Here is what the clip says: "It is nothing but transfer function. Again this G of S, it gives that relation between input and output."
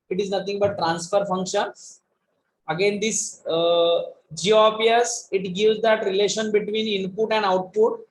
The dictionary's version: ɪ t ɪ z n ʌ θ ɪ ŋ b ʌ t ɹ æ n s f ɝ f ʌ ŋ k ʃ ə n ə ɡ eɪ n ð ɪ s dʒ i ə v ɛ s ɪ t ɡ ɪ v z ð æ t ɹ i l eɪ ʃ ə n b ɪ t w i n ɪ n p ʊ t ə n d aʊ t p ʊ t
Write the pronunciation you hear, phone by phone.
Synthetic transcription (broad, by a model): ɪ t ɪ z n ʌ t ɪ ŋ b ʌ t ɹ æ n s f ɝ f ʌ ŋ k ʃ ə n ə ɡ eɪ n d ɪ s dʒ i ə p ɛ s ɪ t ɡ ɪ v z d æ t ɹ i l eɪ ʃ ə n b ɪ t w i n ɪ n p ʊ t ə n d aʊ t p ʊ t